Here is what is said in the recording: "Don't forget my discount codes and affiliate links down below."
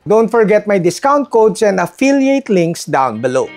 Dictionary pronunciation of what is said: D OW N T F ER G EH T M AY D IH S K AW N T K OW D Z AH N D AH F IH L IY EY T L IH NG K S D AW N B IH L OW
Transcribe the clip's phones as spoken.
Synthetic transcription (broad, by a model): D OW N T F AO G EH T M AY D IH S K AW N T K OW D S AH N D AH F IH L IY EY T L IH NG K S D AW N B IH L OW